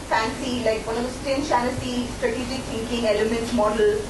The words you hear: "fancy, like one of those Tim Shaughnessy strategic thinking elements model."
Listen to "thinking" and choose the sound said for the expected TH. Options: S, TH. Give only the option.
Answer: S